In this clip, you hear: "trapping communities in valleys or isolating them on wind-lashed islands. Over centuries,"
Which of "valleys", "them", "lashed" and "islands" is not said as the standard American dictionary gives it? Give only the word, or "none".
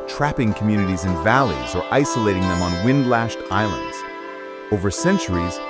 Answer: none